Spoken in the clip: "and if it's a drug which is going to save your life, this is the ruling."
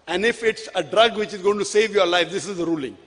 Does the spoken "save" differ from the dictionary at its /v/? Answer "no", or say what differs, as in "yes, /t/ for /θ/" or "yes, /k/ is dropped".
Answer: no